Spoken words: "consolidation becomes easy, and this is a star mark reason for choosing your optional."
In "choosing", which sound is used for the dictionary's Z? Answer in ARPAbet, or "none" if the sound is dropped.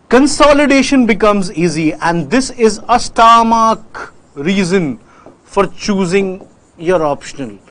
Z